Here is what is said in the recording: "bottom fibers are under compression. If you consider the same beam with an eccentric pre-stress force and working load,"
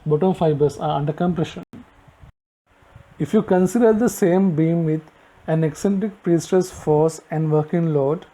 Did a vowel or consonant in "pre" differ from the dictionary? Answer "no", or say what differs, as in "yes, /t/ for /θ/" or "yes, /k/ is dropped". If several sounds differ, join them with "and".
no